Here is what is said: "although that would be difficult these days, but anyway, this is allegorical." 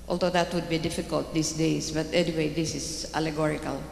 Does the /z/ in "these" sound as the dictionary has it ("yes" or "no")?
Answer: no